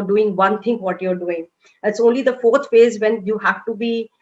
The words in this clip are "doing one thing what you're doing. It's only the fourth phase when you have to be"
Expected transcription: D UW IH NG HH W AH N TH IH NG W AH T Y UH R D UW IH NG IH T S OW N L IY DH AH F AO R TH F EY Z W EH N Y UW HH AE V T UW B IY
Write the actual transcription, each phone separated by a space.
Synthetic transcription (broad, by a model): D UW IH NG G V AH N T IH NG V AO T Y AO R D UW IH NG IH T S OW N L IY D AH F AO R T F EY Z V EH N Y UW HH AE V T UW B IY